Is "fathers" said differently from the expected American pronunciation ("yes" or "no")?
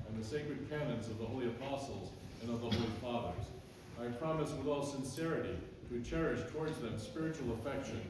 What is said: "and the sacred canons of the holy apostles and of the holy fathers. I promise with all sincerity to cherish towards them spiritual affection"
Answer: no